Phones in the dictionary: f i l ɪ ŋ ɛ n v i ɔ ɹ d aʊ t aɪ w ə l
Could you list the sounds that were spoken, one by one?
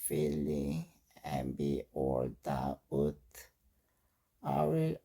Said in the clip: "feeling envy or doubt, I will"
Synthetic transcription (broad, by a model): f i l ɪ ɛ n b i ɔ l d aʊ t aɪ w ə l